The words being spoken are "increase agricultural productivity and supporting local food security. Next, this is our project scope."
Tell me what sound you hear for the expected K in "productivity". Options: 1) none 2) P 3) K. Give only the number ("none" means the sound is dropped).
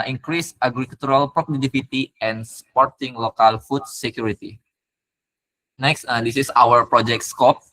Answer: 1